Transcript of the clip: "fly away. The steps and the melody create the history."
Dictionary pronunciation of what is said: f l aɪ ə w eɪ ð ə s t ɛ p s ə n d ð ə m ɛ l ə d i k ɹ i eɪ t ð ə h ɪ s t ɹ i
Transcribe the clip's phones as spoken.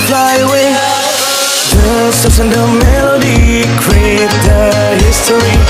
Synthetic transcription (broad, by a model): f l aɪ ə w eɪ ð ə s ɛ s ə n d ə m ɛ l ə d i k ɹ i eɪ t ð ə h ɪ s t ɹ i